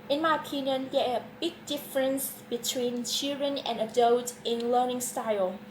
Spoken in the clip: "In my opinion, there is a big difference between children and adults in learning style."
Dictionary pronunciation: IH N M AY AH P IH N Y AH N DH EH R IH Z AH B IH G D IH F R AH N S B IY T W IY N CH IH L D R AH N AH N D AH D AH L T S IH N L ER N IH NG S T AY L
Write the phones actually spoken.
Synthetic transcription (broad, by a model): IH N M AY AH P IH N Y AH N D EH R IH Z AH B IH G D IH F R AH N S B IY T W IY N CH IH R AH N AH N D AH D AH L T IH N L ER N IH NG S T AY L